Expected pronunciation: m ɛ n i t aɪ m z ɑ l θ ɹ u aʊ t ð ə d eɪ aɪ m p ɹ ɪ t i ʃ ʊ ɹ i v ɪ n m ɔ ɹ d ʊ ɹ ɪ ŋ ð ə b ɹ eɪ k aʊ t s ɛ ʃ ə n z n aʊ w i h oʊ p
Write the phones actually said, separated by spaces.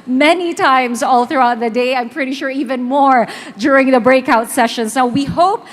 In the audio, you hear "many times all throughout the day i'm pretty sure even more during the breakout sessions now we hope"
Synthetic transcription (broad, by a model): m ɛ n i t aɪ m z ɑ l θ ɹ u aʊ t ð ə d eɪ aɪ m p ɹ ɪ t i ʃ ʊ ɹ i v ɪ n m ɔ ɹ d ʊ ɹ ɪ ŋ ð ə b ɹ eɪ k aʊ t s ɛ ʃ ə n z n aʊ w i h oʊ p